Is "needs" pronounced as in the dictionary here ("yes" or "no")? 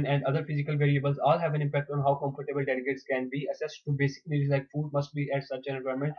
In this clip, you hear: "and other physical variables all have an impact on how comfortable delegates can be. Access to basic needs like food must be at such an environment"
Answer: no